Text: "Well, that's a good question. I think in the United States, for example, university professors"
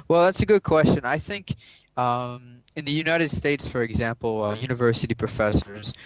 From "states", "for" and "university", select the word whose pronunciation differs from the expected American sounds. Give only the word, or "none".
none